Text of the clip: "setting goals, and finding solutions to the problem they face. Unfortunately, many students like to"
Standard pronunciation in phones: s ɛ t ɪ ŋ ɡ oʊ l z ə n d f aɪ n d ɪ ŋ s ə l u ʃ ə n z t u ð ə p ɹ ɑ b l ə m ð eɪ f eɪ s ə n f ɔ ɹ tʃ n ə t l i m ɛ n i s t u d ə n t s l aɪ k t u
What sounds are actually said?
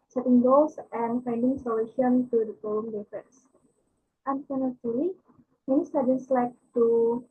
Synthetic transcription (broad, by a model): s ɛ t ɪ ŋ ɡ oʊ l s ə n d f aɪ n d ɪ ŋ s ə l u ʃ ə n t u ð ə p ɑ l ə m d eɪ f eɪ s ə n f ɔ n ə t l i m ɛ n i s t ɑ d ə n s l aɪ k t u